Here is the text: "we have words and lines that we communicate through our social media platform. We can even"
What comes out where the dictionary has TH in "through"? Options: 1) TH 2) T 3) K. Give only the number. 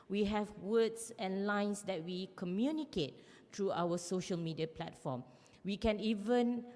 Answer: 2